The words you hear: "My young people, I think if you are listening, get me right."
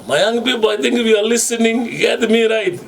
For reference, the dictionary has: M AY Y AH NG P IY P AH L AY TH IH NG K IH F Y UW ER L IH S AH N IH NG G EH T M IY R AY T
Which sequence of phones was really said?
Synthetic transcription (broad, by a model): M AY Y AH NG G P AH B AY T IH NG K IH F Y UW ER L IH S AH N IH NG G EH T M IY R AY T